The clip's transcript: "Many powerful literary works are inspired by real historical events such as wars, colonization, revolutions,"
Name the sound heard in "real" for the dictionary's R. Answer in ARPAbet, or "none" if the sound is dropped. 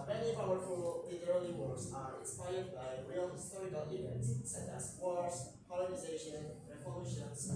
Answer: R